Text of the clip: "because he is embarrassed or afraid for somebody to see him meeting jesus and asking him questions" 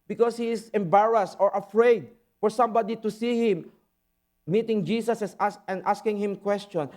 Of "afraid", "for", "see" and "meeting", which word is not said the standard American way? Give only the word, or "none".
none